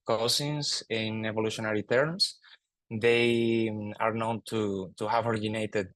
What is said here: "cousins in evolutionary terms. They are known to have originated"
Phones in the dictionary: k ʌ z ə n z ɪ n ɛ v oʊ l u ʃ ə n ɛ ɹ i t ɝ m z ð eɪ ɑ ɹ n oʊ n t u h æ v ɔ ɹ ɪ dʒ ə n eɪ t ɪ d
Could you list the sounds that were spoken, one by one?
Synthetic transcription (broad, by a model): k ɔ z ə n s ɪ n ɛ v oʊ l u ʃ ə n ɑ ɹ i t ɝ m s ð eɪ ɑ ɹ n oʊ n t u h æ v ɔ ɹ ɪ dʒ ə n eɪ t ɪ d